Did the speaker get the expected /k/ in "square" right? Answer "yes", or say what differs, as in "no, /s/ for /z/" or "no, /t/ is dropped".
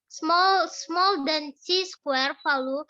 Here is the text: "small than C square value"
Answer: yes